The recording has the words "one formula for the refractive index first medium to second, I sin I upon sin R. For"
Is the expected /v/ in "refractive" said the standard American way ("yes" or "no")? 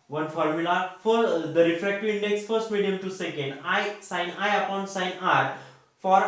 no